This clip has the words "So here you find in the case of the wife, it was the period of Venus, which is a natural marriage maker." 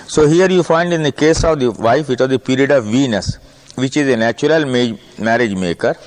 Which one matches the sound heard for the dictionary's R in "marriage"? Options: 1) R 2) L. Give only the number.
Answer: 1